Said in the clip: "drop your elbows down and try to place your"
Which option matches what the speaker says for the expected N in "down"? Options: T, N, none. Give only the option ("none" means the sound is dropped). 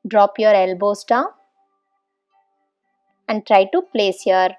none